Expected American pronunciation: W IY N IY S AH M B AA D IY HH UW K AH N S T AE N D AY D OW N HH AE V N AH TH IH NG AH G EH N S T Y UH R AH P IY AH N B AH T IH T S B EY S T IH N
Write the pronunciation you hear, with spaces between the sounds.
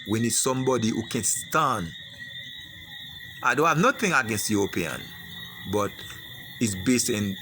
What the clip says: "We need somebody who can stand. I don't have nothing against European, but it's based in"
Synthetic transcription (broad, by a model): W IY N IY S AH M B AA D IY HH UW K AH N S T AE N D AY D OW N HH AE V N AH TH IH NG AH G EH N S T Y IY AH P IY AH N B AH T IH T S B EY S T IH N